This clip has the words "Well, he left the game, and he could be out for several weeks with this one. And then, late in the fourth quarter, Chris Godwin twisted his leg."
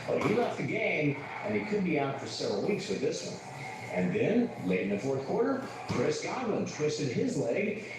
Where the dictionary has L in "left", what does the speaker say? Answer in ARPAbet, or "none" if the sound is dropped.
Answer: L